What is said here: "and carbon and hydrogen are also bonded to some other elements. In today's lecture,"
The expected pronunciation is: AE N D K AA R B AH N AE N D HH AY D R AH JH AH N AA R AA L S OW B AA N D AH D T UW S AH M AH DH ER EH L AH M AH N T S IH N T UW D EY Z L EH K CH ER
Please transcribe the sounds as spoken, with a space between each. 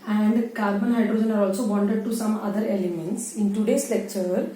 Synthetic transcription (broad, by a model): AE N D K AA R B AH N N HH AY D R AH JH AH N AA R AA L S OW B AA N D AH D T UW S AH M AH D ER EH L AH M AH N T S IH N T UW D EY S L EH K CH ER